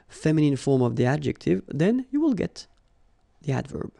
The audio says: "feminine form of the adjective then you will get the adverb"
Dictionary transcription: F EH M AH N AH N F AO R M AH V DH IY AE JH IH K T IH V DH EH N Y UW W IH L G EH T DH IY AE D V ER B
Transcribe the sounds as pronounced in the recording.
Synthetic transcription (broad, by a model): F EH M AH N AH N F AO R M AH V DH IY AE JH IH K T IH V DH EH N Y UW W IH L G EH T DH IY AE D V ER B